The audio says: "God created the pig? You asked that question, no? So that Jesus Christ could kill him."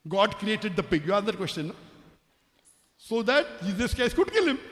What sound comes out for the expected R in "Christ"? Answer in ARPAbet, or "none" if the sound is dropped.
none